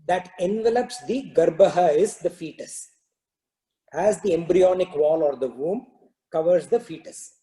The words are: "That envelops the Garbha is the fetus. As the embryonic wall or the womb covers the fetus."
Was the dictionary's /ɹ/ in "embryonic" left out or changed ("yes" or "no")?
no